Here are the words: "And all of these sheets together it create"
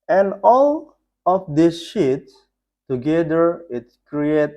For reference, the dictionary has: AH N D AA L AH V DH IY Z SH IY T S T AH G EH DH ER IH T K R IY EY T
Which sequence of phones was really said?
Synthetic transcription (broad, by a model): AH N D AA L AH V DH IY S SH IY T S T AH G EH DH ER IH T K R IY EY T